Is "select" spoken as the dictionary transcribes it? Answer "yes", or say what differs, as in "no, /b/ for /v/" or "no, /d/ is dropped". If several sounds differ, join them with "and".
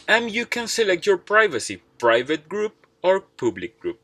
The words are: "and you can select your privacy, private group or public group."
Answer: yes